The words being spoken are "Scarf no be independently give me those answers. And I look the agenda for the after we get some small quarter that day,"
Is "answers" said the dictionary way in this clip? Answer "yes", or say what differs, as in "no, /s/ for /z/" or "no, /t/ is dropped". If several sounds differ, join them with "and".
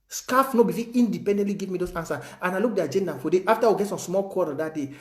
no, /z/ is dropped